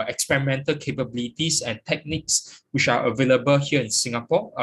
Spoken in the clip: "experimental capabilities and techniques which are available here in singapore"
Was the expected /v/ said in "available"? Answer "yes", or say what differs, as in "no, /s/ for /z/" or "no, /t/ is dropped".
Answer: yes